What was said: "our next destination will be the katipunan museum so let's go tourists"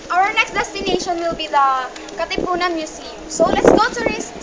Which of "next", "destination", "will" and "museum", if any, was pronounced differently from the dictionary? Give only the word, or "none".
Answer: museum